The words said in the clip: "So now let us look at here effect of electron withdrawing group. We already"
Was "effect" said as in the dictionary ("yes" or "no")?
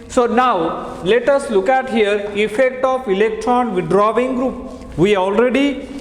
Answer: yes